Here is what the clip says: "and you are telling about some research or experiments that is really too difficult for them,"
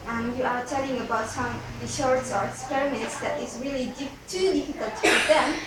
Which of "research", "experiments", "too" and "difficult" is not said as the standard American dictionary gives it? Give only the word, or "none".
research